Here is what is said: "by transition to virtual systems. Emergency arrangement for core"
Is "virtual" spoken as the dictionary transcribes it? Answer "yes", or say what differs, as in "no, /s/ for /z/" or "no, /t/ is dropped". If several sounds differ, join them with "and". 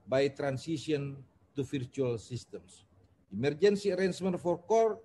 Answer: no, /f/ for /v/